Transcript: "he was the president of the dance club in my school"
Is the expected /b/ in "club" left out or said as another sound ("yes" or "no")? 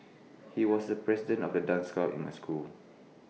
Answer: yes